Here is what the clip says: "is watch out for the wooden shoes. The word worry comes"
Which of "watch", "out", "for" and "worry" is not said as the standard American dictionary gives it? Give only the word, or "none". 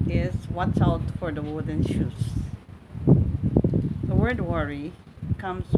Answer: watch